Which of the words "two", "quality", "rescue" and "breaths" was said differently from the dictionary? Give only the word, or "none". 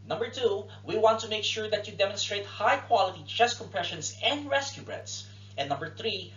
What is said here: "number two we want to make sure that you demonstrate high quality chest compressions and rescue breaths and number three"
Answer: breaths